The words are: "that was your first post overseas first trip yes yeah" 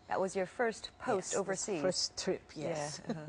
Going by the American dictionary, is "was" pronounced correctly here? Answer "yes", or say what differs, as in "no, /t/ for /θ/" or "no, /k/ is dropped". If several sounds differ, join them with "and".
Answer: yes